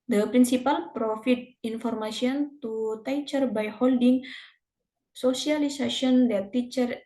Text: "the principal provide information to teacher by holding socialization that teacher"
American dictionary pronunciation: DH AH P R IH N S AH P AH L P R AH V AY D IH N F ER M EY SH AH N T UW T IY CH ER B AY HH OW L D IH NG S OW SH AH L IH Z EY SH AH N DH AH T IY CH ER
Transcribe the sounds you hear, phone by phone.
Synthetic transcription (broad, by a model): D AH P R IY N S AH P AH L P R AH F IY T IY N F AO M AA S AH N T UW T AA CH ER B AY HH OW L D IH NG S OW S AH L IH S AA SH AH N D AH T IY CH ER